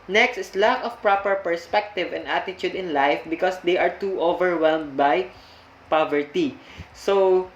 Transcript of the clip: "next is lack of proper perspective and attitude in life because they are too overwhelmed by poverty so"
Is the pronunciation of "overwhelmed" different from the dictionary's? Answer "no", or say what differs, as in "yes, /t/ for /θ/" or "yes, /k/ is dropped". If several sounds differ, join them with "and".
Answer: no